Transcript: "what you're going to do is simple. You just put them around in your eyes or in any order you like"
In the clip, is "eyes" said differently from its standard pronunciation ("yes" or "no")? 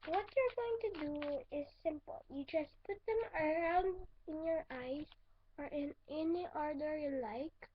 yes